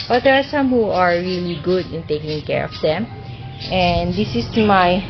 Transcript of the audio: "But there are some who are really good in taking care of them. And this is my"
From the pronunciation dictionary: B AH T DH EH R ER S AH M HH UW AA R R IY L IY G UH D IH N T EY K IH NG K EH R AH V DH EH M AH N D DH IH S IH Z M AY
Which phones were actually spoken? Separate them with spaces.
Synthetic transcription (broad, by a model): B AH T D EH R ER S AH M HH UW AA R R IY L IY G UH D IH N T EY K IH NG K EH R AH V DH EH M AH N D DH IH S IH S M AY